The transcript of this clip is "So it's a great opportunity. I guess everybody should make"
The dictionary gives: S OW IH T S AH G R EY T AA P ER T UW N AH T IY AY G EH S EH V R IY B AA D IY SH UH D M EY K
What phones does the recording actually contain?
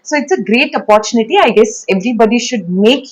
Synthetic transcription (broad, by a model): S OW IH T S AH G R EY T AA P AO T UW N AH T IY AY G EH S EH V R IY B AA D IY SH UH D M EY K